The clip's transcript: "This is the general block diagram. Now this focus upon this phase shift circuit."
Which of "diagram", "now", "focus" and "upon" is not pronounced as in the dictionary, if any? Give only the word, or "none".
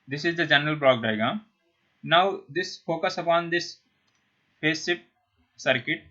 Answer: diagram